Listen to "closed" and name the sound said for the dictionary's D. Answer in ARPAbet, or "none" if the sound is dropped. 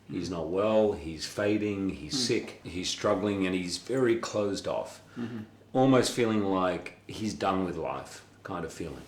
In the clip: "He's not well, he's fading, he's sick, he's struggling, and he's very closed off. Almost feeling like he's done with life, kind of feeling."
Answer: D